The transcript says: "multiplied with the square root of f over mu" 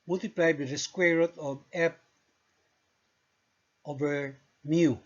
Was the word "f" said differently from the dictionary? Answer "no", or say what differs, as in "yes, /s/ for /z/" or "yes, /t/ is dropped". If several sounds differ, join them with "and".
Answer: yes, /p/ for /f/